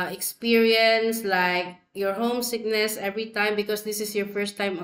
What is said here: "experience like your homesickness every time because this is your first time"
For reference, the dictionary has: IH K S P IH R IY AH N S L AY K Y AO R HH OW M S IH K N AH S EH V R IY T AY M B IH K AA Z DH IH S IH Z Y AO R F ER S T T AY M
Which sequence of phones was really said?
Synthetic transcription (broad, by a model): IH K S P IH R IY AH N S L AY K Y AO R HH OW M S IH K N AH S EH V R IY T AY M B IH K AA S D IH S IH S Y AO R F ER S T T AY M